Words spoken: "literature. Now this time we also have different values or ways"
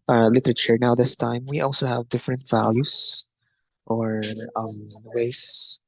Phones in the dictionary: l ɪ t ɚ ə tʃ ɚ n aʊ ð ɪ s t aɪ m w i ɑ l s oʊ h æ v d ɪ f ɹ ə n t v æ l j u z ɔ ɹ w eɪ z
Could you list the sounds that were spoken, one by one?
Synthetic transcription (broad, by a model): l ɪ t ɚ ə tʃ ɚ n aʊ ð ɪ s t aɪ m w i ɑ l s oʊ h æ v d ɪ f ɹ ə n t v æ l j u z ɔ ɹ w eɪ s